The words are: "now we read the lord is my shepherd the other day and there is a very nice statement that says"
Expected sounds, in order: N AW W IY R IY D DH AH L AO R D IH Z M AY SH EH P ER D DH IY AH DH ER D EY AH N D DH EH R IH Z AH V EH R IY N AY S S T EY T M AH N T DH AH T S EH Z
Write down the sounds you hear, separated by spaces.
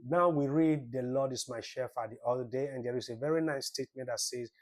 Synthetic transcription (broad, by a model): N AW W IY R IY D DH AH L AO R D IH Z M AY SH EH F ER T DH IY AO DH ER D EY AH N D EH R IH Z AH V EH R IY N AY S S T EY T M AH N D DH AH T S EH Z